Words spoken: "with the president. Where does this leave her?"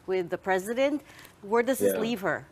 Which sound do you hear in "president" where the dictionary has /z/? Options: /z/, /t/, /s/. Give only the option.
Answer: /z/